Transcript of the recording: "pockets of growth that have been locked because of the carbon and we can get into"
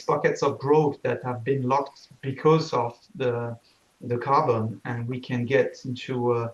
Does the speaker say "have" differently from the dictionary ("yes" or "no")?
no